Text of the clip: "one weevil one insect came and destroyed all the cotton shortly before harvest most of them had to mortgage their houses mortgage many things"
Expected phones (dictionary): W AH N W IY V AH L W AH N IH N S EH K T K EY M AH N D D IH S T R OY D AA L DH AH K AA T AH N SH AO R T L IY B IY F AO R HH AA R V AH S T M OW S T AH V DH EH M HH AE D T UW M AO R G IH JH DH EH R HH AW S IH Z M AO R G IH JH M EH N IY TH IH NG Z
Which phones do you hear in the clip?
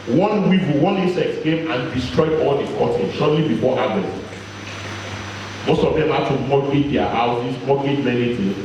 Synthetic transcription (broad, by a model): W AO N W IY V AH W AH N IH S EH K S K EY M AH N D D IH S T R OY D AA L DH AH K AA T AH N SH AO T L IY B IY F AO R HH AA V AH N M OW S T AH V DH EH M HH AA T UW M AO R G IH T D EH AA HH AW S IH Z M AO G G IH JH M EH N IY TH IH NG